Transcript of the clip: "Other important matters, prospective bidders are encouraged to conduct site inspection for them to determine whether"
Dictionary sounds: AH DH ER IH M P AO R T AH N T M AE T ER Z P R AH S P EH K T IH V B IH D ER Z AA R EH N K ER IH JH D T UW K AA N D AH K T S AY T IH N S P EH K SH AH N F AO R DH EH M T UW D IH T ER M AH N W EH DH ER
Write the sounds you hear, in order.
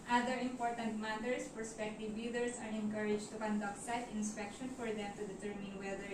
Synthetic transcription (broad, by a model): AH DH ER IH M P AO R T AH N T M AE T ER S P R S P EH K T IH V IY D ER S AA R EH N K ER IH JH T UW K AA N D AH K T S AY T IH N S P EH K SH AH N F AO R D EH M T UW D IH T ER M AH N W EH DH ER